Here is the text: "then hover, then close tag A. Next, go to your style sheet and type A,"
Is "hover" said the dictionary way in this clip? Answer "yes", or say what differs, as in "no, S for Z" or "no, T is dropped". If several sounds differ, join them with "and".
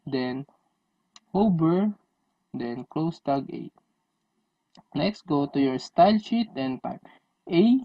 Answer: no, B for V